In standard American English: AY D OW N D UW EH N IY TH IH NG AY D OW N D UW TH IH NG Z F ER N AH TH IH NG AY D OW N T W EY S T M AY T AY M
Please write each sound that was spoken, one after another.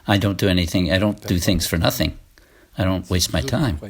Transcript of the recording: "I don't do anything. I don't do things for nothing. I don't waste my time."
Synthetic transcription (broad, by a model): AY D OW N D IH EH N IY TH IH NG AY D OW N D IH TH IH NG Z F ER N AH TH IH NG AY D OW N T W EY S T M AY T AY M